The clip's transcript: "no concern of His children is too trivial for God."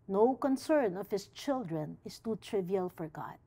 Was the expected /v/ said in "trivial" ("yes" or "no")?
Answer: yes